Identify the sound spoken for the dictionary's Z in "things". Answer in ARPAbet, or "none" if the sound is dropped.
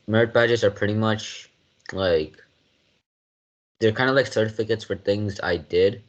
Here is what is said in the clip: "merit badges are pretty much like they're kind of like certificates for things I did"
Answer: Z